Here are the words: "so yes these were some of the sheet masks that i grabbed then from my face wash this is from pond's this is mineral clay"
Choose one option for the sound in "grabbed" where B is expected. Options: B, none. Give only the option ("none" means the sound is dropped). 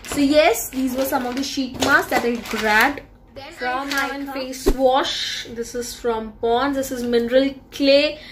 none